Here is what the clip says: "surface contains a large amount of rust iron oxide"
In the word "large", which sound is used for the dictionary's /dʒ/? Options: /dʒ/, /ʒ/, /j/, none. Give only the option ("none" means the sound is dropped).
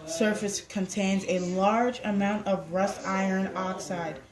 /dʒ/